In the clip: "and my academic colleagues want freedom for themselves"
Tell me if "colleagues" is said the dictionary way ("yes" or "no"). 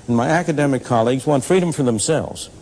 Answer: yes